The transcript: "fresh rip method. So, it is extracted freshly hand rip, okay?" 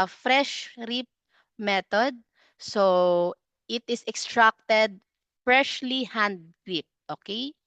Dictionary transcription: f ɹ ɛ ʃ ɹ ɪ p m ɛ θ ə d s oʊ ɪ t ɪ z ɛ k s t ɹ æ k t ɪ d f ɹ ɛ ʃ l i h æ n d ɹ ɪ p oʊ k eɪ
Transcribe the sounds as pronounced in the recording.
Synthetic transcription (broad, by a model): f ɹ ɛ ʃ ɹ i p m ɛ t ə d s oʊ ɪ t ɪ s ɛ k s t ɹ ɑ k t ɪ d f ɹ ɛ ʃ l i h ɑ n d ɹ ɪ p oʊ k eɪ